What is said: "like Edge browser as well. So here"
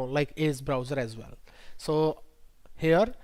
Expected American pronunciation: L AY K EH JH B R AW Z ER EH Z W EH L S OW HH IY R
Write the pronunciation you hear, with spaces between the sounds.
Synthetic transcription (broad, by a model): L AY K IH Z B R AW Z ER EH Z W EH L S OW HH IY R